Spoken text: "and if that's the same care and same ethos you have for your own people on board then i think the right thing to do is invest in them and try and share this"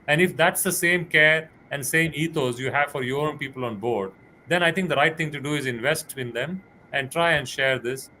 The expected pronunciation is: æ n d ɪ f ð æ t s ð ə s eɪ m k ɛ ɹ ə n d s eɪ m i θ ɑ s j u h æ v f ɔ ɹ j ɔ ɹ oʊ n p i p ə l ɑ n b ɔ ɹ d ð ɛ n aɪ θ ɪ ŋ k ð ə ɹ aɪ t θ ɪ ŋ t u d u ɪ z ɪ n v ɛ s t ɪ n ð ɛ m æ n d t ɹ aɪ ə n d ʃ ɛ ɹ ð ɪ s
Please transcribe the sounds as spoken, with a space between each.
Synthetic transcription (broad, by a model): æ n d ɪ f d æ t s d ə s eɪ m k ɛ ɹ ə n d s eɪ m i t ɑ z j u h æ v f ɔ ɹ j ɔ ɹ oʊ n p i p ə l ɑ n b ɔ ɹ d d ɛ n aɪ t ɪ ŋ k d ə ɹ aɪ t t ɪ ŋ t u d u ɪ z ɪ n v ɛ s t ɪ n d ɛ m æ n d t ɹ aɪ ə n d ʃ ɛ ɹ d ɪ s